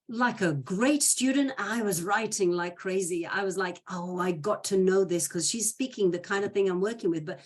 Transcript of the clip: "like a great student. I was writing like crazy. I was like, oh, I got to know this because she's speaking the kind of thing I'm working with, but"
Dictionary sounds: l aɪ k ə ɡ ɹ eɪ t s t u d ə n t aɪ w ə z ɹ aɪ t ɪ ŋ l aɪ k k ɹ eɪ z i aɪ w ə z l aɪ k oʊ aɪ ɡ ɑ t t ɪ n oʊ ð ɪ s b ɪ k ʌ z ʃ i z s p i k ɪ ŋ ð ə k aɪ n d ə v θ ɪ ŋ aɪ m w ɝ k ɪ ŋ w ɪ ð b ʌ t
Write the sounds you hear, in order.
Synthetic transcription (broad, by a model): l aɪ k ə ɡ ɹ eɪ t s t u d n t aɪ w ə z ɹ aɪ t ɪ ŋ l aɪ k k ɹ eɪ z i aɪ w ə z l aɪ k oʊ aɪ ɡ ɑ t t ɪ n oʊ ð ɪ s k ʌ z ʃ i z s p i k ɪ ŋ ð ə k aɪ n d ə v θ ɪ ŋ aɪ m w ɝ k ɪ ŋ w ɪ ð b ʌ t